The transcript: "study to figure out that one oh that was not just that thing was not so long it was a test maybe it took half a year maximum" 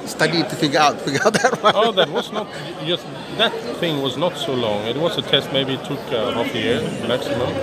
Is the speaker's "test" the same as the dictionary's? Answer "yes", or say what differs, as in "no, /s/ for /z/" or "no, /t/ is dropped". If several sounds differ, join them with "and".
yes